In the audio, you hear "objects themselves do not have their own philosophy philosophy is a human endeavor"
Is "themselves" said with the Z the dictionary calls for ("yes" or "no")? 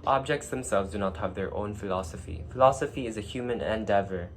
yes